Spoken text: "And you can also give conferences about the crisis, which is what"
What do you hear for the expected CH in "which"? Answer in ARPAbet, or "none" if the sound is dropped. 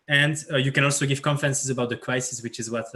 CH